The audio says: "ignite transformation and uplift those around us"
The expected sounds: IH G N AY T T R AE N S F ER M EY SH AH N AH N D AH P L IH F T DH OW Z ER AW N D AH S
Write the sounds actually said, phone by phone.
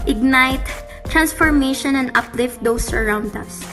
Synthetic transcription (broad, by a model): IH G N AY T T R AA N S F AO M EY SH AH N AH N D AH P L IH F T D OW S ER AW N D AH S